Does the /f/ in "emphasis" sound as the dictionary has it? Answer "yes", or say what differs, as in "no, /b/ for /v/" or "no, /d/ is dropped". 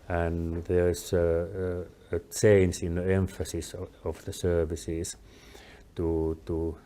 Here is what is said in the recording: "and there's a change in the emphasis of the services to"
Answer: yes